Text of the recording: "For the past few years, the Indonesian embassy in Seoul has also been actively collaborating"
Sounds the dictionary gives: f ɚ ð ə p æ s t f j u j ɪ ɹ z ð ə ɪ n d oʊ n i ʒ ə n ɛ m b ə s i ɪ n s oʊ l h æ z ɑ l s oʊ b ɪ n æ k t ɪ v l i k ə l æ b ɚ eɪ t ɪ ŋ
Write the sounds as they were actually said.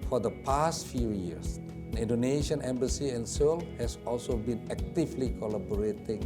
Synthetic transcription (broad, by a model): f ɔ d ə p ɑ s t f j u j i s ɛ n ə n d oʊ n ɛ ʃ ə n ɛ m b ə s i ɪ n s oʊ l h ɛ s ɑ l s oʊ b ɪ n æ k t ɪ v l i k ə l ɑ b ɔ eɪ t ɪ ŋ